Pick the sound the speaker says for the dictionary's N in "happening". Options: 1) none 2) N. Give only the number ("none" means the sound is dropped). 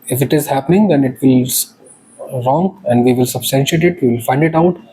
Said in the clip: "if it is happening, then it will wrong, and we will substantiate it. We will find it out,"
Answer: 2